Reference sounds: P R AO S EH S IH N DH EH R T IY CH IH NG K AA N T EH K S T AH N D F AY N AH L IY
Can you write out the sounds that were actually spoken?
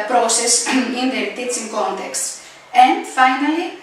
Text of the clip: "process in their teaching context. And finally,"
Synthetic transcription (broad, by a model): P R AO S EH S IH N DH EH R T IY S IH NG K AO N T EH K S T AH N D F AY N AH L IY